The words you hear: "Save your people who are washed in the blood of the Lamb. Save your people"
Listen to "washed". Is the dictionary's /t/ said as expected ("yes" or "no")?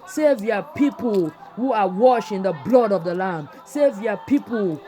no